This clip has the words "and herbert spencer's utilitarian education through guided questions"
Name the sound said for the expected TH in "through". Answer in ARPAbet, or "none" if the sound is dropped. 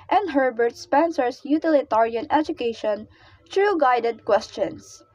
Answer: T